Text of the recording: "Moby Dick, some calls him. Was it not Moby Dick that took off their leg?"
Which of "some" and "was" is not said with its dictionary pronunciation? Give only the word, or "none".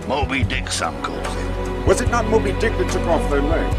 none